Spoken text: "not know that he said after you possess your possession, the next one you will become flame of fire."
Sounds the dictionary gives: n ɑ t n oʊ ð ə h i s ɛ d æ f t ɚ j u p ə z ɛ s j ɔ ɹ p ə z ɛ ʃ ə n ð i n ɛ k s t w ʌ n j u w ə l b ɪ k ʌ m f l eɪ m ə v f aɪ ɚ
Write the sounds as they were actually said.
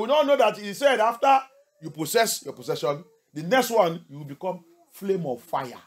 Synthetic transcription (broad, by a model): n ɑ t n oʊ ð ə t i s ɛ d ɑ f t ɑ j u p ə s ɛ s j ɔ p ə s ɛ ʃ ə n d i n ɛ k s t w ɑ n j u w ə l b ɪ k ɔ m f l eɪ m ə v f aɪ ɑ